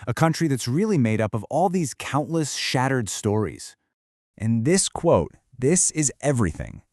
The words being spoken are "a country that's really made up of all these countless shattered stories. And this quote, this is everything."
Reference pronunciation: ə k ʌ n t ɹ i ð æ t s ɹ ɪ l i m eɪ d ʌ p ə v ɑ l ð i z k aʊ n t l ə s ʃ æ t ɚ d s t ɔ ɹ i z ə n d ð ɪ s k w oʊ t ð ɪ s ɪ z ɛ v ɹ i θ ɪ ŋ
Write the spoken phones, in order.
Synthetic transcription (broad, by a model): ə k ʌ n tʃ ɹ i ð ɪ t s ɹ ɪ l i m eɪ d ʌ p ə v ɑ l ð i z k aʊ n t l ə s ʃ æ t ɚ d s t ɔ ɹ i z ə n ð ɪ s k w oʊ t ð ɪ s ɪ z ɛ v ɹ i θ ɪ ŋ